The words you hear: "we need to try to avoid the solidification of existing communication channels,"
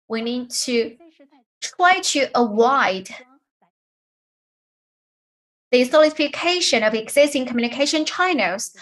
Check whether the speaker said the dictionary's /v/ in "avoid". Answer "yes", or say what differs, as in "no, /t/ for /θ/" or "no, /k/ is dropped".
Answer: no, /w/ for /v/